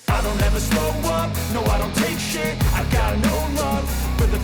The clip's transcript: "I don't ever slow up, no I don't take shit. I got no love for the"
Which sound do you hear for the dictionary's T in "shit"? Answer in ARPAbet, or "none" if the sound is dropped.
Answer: none